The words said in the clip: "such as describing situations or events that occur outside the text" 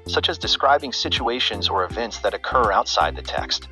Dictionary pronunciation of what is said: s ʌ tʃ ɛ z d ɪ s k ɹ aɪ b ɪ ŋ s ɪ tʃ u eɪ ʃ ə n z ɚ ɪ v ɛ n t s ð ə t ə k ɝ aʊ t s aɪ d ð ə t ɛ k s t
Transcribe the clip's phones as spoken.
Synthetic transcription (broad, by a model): s ʌ tʃ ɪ z d ɪ s k ɹ aɪ b ɪ ŋ s ɪ tʃ u eɪ ʃ ə n z ɚ ɪ v ɛ n t s ð ə t ə k ɝ aʊ t s aɪ d ð ə t ɛ k s t